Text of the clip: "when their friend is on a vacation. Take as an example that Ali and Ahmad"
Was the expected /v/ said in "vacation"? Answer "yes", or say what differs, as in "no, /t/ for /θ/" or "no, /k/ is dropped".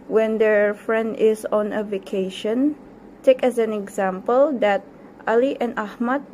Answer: yes